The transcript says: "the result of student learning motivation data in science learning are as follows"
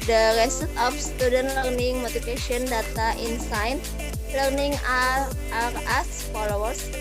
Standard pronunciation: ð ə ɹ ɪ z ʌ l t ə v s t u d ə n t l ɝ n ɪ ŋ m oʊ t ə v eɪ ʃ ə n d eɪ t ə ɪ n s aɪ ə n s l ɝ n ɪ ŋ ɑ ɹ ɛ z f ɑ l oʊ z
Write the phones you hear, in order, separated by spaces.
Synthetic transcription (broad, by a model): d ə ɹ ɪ s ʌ t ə f s t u d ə n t l ɝ n ɪ ŋ m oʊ t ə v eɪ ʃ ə n d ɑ t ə ɪ n s aɪ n l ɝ n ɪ ŋ ɑ ɹ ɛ s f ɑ l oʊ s